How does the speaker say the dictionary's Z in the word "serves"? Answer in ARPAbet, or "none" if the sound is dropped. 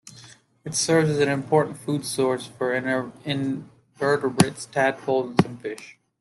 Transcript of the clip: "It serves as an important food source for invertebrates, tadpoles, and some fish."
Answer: Z